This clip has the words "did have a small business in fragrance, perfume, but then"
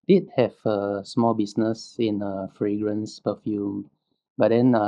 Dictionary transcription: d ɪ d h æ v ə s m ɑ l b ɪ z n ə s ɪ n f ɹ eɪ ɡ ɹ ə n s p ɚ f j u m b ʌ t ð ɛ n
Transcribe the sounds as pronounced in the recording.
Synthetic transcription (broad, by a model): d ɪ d h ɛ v ə s m ɑ l b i s n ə s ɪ n f ɹ eɪ ɡ ɹ ə n s p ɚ f j u m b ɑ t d ɛ n